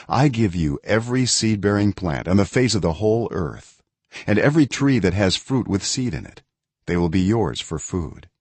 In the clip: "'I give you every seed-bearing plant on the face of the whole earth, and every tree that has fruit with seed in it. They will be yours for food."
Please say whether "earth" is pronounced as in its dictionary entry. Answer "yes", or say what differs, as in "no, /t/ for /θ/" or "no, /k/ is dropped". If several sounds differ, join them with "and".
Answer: yes